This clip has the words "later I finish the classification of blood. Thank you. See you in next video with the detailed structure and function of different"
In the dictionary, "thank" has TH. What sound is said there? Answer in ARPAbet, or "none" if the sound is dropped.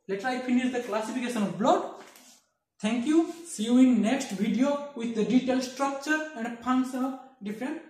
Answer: T